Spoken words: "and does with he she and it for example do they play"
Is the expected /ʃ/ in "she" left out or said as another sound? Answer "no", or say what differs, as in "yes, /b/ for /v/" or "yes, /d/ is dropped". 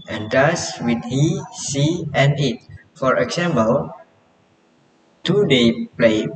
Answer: yes, /s/ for /ʃ/